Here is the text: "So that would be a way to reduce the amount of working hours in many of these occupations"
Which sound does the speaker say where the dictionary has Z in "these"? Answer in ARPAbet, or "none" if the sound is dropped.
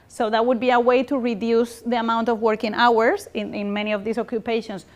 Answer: S